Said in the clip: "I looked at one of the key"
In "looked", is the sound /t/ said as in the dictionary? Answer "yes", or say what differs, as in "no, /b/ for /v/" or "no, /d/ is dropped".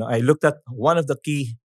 yes